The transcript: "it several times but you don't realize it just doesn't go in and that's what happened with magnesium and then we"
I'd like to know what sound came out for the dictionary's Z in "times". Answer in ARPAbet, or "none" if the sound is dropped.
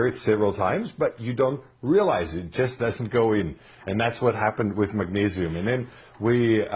Z